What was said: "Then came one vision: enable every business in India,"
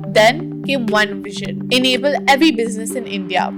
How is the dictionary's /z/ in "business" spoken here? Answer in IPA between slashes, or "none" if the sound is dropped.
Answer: /z/